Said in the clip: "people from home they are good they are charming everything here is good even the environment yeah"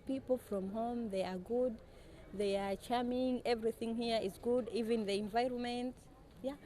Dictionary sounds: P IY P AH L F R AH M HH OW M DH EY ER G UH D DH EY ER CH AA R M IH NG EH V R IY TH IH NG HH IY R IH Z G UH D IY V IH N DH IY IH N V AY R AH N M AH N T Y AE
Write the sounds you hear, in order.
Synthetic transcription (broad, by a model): P IY P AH L F R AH M HH OW M DH EY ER G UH D DH EY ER CH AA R M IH NG EH V R IY TH IH NG HH IY R IH Z G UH D IY V IH N DH IY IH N V AY R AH N M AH N T Y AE